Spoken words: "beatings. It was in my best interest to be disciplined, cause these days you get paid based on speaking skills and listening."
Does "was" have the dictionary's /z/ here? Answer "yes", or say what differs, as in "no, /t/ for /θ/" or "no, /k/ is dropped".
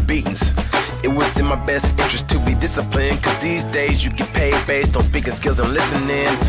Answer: no, /s/ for /z/